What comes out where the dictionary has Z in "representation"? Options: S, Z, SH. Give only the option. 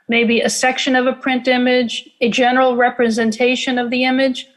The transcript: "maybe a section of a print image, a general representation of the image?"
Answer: Z